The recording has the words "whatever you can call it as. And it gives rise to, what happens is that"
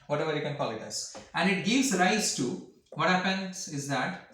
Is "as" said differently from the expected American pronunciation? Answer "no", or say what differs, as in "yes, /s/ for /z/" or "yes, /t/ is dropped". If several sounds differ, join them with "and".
yes, /s/ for /z/